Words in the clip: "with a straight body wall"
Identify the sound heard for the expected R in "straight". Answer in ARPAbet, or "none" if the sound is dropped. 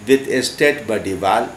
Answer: none